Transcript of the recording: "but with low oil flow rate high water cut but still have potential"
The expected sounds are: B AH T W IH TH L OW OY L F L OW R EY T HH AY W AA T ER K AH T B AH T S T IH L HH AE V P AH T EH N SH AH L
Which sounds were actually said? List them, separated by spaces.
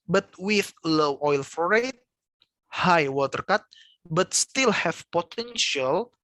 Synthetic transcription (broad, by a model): B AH T W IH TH L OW OY L F OW R EY T HH AY W AA T ER K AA T B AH T S T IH L HH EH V P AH T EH N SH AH L